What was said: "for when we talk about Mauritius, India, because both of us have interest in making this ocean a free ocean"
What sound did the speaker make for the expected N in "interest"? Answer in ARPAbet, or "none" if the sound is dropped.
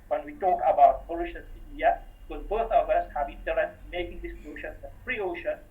none